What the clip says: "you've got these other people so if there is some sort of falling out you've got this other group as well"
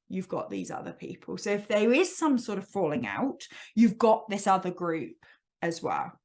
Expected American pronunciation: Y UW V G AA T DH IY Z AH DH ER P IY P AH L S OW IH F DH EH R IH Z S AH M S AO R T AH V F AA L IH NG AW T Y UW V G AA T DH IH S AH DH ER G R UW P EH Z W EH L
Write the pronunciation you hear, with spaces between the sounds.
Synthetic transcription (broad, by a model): Y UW V G AA T DH IY Z AH DH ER P IY P AH L S OW IH F DH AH R IH Z S AH M S AO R T AH V F AA L IH NG AW T Y UW V G AA T DH IH S AH DH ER G R UW P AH Z W EH L